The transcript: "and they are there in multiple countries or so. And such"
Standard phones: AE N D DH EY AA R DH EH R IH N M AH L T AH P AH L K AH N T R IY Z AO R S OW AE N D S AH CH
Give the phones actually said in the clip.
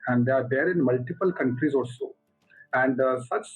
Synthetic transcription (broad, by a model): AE N D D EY AA R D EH R IH N M AH L T AH P AH L K AH N T R IY Z AO L S OW AE N D S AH CH